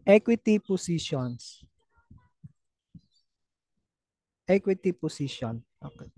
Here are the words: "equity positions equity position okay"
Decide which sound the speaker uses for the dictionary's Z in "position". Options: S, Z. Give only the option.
S